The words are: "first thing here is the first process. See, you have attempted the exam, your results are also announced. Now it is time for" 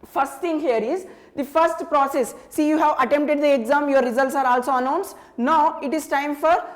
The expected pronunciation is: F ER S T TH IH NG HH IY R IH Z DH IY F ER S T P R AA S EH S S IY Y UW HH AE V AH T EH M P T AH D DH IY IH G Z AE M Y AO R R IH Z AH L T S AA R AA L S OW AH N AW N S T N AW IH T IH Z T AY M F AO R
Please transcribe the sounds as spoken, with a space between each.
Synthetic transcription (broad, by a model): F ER S T T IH NG HH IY R IH Z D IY F ER S T P R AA S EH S S IY Y UW HH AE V AH T EH M P T AH D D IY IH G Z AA M Y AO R R IH Z AH L T S AA R AA L S OW AH N AW N S T N AW IH T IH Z T AY M F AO R